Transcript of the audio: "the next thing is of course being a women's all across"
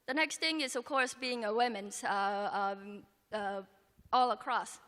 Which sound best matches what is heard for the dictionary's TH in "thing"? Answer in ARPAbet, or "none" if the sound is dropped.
TH